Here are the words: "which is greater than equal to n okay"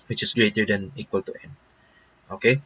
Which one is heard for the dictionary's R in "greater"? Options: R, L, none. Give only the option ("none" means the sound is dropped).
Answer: R